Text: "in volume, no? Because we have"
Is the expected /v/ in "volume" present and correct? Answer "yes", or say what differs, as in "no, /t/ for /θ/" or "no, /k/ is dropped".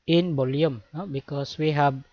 no, /b/ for /v/